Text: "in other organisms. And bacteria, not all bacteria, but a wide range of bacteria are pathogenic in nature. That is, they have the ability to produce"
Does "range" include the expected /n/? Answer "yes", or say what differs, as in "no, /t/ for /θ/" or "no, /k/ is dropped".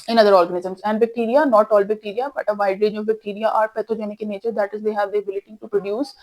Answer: no, /n/ is dropped